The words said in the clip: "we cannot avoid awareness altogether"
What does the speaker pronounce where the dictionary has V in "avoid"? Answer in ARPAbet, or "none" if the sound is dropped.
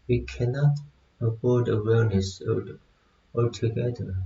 B